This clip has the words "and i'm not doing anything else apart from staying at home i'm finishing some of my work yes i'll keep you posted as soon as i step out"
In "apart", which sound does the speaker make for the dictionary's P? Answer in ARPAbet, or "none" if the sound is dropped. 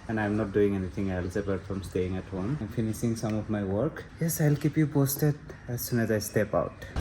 B